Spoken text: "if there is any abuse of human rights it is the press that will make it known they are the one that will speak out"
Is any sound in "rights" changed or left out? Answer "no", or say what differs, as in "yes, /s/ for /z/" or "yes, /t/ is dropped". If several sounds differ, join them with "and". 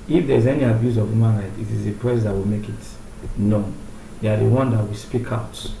yes, /s/ is dropped